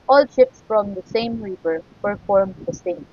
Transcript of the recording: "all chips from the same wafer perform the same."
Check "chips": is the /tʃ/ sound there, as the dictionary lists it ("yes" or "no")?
no